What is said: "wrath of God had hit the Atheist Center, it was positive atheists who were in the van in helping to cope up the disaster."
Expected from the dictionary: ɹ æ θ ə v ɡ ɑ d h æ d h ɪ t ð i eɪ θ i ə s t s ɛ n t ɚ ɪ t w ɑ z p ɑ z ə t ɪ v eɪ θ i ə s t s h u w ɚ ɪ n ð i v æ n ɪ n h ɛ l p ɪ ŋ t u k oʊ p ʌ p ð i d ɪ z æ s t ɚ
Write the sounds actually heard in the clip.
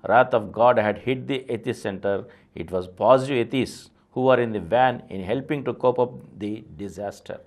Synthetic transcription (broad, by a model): ɹ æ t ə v ɡ ɑ d h æ d h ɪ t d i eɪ t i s s ɛ n t ɚ ɪ t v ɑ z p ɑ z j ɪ eɪ t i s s h u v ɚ ɪ n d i v æ n ɪ n h ɛ l p ɪ ŋ t u k oʊ p ʌ p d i d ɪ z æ s t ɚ